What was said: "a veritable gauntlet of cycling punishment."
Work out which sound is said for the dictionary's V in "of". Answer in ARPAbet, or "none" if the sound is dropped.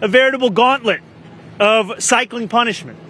V